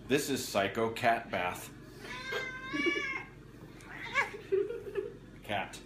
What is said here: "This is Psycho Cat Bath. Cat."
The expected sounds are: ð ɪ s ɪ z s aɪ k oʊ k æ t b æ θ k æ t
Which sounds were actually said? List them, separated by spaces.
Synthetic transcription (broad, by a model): ð ɪ s ɪ z s aɪ k oʊ k æ t b æ θ k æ t